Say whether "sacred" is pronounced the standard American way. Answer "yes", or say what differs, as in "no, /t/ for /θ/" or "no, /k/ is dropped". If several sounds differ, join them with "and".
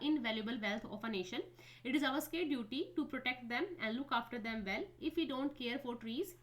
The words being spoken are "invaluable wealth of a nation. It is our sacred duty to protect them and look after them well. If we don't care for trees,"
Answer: no, /ɹ/ is dropped